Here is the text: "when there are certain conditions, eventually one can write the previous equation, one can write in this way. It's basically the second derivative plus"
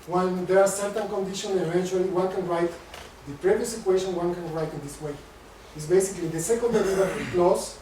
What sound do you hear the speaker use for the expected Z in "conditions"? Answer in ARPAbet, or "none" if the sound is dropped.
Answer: none